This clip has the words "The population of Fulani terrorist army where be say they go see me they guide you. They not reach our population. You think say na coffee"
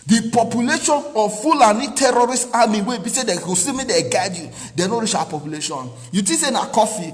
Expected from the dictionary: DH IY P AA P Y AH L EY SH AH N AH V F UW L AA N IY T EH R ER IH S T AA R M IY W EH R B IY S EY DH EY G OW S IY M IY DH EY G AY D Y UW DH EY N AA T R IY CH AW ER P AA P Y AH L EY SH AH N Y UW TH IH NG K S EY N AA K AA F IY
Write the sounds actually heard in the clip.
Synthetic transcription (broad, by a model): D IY P AA P Y AH L EY SH AH N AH F UW L AA N IY T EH R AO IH S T AA M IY W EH B IY S EY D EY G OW S IY M IY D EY G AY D Y UW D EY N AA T R IY CH AW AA P AA P Y AH L EY SH AH N Y UW T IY S EY N AA K AA F IY